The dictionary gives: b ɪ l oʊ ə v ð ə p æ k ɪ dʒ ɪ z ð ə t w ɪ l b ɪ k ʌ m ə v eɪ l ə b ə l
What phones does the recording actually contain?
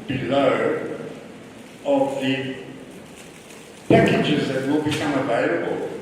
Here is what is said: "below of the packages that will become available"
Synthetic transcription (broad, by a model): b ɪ l oʊ ə v ð ə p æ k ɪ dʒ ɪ z ð ə t w ɪ l b ɪ k ʌ m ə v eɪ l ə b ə l